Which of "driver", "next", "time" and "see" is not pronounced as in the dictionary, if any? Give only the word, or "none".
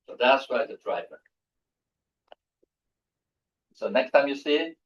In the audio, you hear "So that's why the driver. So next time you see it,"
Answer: none